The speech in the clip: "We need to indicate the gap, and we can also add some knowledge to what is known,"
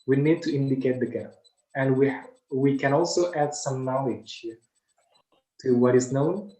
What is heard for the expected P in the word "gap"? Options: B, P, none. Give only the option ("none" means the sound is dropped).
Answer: none